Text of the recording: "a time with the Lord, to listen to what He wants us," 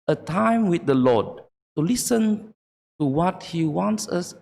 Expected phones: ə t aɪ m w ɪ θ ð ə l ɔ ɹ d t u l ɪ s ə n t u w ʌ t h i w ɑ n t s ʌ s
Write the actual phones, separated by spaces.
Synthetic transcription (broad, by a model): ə t aɪ m w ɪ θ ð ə l ɔ d t u l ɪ s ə n t u w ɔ t h i w ɑ n t s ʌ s